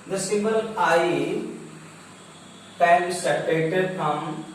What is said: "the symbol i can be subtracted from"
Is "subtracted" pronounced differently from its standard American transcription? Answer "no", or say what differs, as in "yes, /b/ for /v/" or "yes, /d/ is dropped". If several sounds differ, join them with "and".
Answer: yes, /b/ is dropped